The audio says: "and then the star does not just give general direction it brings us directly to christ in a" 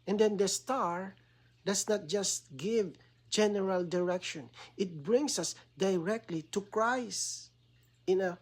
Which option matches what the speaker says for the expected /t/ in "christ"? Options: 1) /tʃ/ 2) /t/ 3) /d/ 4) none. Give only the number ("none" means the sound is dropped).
4